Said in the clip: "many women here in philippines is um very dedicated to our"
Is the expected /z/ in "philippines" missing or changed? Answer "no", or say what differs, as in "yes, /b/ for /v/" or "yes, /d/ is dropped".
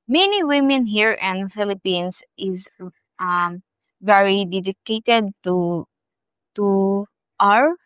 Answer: yes, /s/ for /z/